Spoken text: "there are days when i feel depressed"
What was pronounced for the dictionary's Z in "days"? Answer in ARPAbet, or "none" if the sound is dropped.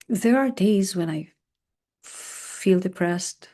Z